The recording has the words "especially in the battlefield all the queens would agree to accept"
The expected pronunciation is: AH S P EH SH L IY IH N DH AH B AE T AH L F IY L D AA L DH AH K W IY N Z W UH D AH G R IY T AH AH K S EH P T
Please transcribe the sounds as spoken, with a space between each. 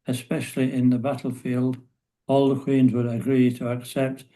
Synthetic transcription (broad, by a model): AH S P EH SH L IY IH N DH AH B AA T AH L F IY L D AA L DH AH K W IY N Z W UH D AH G R IY T AH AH K S EH P T